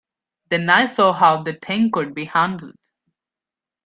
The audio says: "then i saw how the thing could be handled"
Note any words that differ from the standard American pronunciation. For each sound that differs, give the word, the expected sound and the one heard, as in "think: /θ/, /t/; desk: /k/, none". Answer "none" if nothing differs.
thing: /θ/, /t/